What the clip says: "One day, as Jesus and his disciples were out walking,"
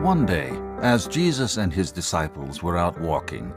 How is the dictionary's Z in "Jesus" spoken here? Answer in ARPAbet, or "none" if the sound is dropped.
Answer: Z